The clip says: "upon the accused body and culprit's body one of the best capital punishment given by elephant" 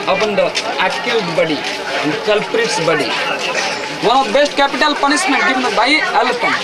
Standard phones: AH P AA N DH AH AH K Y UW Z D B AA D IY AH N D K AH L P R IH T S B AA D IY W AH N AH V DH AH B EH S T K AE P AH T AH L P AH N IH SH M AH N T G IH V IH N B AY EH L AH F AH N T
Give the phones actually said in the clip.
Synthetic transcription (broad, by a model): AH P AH N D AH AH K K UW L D B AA D IY AH N D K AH L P R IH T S B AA D IY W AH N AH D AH B EH S T K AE P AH T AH L P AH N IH S M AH N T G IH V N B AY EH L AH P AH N